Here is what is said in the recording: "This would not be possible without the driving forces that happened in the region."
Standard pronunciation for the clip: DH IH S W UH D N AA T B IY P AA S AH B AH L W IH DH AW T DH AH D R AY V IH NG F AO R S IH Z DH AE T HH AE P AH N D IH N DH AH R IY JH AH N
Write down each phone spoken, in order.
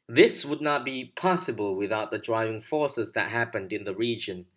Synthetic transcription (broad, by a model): DH IH S W UH D N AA T B IY P AA S AH B AH L W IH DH AW T DH AH D R AY V IH NG F AO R S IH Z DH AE T HH AE P AH N D IH N DH AH R IY JH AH N